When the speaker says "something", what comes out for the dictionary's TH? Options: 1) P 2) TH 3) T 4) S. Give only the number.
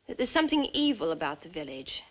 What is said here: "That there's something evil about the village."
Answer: 2